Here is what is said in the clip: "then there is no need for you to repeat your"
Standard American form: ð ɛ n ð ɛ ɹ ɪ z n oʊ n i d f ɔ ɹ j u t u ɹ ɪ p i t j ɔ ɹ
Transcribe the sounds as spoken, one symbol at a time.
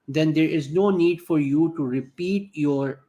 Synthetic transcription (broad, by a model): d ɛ n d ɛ ɹ ɪ z n oʊ n i d f ɔ ɹ j u t u ɹ ɪ p i t j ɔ ɹ